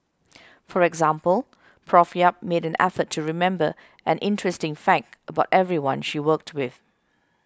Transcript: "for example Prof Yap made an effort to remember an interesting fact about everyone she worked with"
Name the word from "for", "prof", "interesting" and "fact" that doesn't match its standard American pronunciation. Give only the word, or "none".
none